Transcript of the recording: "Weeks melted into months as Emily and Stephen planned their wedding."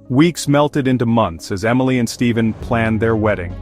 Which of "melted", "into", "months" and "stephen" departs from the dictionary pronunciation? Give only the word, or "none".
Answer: none